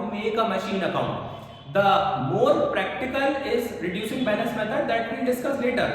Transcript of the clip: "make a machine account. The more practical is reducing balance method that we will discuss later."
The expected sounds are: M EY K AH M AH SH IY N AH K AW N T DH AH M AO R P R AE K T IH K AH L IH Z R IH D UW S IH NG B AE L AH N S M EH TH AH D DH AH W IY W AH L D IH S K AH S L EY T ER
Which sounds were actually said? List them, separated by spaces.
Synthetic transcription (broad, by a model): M EY K AH M AH SH IY N AH K AW N T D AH M AO R P R AE K T IH K AH L IH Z R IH D UW S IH NG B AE N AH S M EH T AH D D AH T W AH D IH S K AH S L EY T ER